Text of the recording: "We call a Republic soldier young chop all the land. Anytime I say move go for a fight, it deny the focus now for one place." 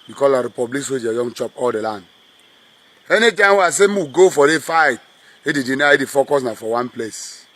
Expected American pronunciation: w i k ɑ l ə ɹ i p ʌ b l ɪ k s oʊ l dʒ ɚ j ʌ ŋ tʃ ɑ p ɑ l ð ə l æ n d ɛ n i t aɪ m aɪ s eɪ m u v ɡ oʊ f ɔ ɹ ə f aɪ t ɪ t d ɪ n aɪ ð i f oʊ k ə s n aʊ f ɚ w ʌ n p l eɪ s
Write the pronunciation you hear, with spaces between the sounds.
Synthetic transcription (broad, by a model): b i k ɑ l ə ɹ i p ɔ b l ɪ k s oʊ dʒ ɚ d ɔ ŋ tʃ ɑ p ɑ l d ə l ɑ n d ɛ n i t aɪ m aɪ s eɪ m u ɡ oʊ f ɔ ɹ ə f aɪ t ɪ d d ɪ n aɪ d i f oʊ k ə s n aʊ f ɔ w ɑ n p l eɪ s